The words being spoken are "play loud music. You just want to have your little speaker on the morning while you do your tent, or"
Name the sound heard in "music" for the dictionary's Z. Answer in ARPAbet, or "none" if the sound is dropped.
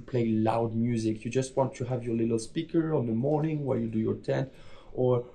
Z